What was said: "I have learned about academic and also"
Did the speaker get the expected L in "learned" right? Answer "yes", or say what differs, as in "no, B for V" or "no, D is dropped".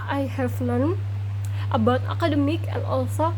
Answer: no, N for L